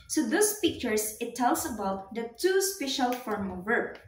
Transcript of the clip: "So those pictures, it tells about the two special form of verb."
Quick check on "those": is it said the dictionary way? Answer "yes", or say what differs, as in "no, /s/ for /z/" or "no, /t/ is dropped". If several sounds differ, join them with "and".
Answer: no, /s/ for /z/